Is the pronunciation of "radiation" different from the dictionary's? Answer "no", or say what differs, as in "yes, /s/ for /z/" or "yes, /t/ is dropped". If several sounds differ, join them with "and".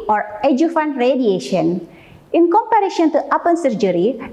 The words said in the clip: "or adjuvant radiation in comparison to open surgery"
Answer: no